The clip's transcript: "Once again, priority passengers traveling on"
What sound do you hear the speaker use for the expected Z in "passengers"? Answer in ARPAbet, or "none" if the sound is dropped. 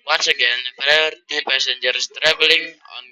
S